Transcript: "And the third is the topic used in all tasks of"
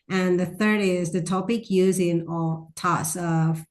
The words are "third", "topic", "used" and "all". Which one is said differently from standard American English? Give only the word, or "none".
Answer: used